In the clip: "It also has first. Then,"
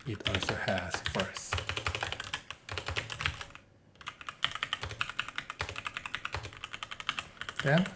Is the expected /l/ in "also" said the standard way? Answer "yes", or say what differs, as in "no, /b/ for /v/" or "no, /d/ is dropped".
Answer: yes